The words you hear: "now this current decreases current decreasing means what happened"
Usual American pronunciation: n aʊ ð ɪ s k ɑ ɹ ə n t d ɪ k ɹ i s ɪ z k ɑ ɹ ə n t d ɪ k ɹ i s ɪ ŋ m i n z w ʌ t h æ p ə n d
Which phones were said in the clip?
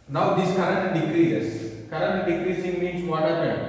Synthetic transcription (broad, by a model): n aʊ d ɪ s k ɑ ɹ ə n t d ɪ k ɹ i ɪ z k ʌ ɹ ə n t d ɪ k ɹ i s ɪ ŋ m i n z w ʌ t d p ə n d